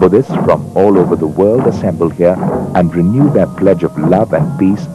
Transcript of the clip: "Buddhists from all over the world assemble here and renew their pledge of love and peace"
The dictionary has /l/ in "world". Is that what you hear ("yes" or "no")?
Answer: yes